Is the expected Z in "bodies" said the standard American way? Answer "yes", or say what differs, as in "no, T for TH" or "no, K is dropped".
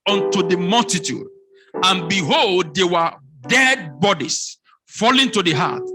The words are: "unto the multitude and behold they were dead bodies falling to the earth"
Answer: no, S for Z